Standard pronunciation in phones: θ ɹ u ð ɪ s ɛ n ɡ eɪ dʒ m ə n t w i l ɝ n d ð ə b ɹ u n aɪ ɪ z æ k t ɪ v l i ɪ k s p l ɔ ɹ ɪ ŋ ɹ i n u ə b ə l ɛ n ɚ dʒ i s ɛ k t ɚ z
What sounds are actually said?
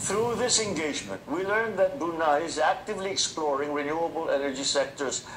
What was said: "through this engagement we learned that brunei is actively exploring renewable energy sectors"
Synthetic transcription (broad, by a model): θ ɹ u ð ɪ s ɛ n ɡ eɪ dʒ m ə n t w i l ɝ n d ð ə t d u n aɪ ɪ z æ k t ɪ v l i ɪ k s p l ɔ ɹ ɪ ŋ ɹ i n u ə b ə l ɛ n ɚ dʒ i s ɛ k t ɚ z